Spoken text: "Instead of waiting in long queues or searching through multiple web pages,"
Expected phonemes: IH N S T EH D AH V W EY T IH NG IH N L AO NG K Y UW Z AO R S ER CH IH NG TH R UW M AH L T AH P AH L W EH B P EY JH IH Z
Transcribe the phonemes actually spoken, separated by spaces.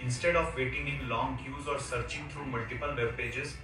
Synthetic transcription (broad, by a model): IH N S T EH D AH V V EY T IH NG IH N L AO NG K Y UW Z AO R S ER CH IH NG T R UW M AH L T AH P AH L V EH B P EY JH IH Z